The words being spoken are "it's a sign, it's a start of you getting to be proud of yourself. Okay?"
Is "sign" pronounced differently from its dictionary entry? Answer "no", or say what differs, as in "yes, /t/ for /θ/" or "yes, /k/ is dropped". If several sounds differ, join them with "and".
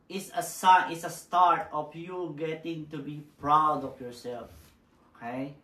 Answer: yes, /n/ is dropped